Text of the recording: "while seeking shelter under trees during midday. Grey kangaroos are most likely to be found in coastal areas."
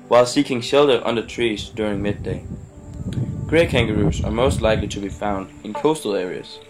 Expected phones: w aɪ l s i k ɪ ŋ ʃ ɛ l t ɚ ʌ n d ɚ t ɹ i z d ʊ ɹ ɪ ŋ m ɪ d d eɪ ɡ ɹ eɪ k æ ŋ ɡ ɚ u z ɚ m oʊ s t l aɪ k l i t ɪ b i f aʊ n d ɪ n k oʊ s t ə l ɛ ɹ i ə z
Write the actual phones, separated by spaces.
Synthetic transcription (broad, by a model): w aɪ l s i k ɪ ŋ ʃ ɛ l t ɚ ʌ n d ɚ t ɹ i z d ʊ ɹ ɪ ŋ m ɪ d d eɪ ɡ ɹ eɪ k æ ŋ ɡ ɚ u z ɚ m oʊ s t l aɪ k l i t ɪ b i f aʊ n d ɪ n k oʊ s t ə l ɛ ɹ i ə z